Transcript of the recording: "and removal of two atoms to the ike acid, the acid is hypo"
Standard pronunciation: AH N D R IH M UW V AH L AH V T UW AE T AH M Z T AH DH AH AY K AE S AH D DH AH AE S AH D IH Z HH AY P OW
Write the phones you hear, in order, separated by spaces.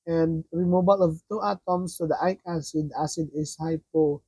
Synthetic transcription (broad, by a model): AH N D R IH M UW B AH L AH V T UW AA T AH M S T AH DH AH AY K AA S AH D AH S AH D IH S HH AY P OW